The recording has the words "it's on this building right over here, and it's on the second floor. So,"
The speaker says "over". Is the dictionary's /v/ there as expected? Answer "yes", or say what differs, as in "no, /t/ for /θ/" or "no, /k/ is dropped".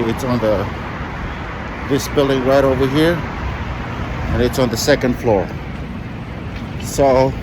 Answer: yes